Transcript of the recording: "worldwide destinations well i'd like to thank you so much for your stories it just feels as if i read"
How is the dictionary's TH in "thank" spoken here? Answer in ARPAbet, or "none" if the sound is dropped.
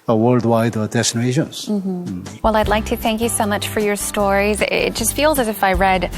TH